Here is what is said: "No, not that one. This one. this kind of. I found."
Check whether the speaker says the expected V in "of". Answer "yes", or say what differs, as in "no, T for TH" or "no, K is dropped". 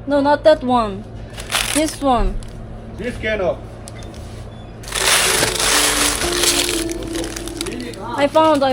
no, P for V